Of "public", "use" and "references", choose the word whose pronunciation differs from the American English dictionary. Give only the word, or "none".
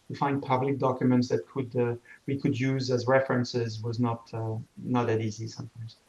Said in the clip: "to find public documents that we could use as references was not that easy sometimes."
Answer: none